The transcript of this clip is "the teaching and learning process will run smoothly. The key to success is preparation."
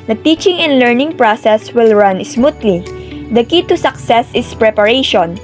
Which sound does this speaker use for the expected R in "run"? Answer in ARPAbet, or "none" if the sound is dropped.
R